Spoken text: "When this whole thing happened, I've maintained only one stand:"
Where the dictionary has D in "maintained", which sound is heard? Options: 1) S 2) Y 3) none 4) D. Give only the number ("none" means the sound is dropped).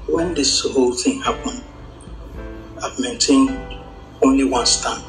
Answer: 3